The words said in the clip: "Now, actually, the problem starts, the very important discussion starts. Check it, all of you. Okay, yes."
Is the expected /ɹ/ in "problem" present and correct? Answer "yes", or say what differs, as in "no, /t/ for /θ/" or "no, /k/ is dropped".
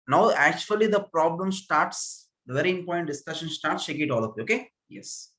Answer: yes